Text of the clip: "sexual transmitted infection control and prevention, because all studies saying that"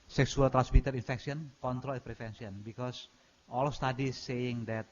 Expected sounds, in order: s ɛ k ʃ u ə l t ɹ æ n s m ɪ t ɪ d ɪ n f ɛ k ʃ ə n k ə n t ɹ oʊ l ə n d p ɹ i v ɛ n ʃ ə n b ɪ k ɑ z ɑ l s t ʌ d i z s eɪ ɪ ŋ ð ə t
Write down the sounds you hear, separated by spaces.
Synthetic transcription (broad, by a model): s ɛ k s u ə l t ɹ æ n s m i t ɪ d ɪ n f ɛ k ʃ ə n k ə n t ɹ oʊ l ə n p ɹ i f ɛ n s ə n b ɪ k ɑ s ɑ l s t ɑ d i s eɪ ɪ ŋ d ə t